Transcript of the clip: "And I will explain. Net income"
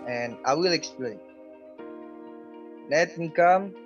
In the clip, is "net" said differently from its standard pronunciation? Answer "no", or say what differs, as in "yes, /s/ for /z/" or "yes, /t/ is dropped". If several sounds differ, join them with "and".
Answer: yes, /l/ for /n/